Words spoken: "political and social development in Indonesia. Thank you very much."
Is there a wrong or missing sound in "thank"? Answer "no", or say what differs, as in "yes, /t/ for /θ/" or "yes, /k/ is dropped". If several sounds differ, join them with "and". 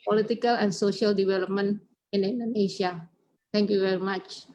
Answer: yes, /t/ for /θ/